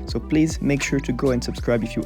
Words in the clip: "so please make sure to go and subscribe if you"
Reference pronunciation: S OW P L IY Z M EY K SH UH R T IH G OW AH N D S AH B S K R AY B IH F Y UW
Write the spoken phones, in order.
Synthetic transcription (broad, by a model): S OW P L IY Z M EY K SH UH R T IH G OW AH N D S AH B S K R AY B IH F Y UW